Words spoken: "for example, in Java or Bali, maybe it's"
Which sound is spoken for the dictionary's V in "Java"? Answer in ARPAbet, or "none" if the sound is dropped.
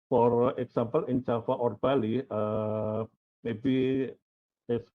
F